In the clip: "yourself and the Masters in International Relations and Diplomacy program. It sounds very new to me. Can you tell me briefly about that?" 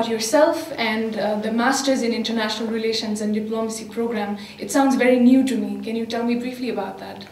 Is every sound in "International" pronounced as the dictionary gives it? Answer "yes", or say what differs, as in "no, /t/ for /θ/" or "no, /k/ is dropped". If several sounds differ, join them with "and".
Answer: yes